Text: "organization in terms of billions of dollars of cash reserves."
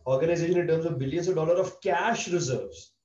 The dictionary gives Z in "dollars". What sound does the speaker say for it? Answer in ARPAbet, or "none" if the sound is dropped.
none